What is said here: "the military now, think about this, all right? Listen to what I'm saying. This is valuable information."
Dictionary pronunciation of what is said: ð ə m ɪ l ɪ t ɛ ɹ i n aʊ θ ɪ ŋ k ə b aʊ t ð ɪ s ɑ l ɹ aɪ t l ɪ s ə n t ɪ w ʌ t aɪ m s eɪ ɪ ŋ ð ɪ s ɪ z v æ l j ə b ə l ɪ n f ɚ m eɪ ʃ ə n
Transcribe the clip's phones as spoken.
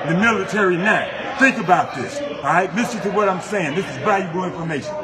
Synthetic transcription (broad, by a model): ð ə m ɪ l ɪ t ɛ ɹ i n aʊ θ ɪ ŋ k ə b aʊ t ð ɪ s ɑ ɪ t l ɪ s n t ɪ w ʌ t aɪ m s eɪ ɪ ŋ ð ɪ s ɪ z b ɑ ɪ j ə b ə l ɪ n f ɚ m eɪ ʃ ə n